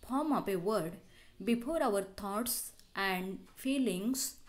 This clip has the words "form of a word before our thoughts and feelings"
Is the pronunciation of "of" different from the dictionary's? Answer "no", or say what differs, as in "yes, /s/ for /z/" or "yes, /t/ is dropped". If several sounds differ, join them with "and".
yes, /p/ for /v/